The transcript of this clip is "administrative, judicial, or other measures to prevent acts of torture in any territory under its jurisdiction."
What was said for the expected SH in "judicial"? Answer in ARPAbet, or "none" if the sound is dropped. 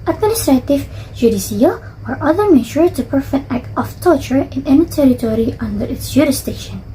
S